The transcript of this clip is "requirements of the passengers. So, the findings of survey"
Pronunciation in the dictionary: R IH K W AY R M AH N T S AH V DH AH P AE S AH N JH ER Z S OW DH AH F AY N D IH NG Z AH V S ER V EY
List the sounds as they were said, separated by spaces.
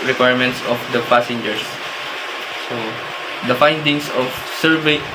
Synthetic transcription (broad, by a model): R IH K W AY R M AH N T S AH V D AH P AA S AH N JH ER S S OW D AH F AY N D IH NG S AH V S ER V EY